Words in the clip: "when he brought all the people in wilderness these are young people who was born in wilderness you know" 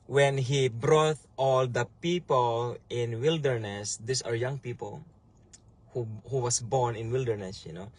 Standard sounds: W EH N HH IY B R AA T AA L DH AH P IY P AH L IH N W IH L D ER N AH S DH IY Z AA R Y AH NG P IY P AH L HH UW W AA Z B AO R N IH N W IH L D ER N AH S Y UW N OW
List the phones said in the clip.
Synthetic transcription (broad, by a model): W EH N HH IY B R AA T AA L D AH P IY P AH L IH N W IH L D ER N AH S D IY S AA R Y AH NG P IY P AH L HH UW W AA S B AO R N IH N W IH L D ER N AH S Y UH N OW